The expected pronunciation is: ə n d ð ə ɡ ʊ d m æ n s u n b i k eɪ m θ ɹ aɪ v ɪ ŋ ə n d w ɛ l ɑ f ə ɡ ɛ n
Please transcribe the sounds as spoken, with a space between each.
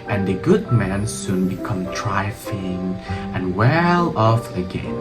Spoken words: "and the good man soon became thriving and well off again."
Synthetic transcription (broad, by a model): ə n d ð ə ɡ ʊ d m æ n s u n b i k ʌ m t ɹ aɪ f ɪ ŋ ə n w ɛ l ɑ f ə ɡ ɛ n